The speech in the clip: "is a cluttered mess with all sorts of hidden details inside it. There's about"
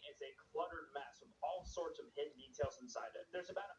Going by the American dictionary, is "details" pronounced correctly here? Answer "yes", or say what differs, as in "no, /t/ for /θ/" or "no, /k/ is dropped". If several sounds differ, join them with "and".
yes